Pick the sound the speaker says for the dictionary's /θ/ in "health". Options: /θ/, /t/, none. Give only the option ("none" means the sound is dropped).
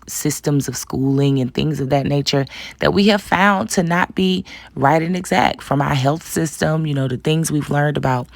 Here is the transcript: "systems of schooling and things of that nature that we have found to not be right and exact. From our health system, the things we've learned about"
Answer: /θ/